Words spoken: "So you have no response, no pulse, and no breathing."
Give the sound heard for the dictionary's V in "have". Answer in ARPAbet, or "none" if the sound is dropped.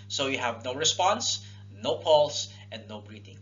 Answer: V